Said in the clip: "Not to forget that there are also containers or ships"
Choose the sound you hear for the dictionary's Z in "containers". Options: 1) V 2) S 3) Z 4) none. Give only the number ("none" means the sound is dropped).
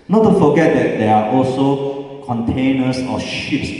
2